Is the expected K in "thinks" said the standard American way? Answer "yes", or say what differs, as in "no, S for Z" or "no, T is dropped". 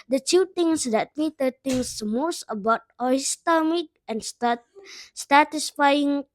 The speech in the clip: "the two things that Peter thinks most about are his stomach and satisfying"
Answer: no, K is dropped